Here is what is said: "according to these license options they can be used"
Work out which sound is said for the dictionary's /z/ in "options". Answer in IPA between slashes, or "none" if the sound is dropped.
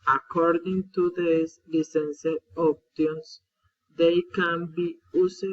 /s/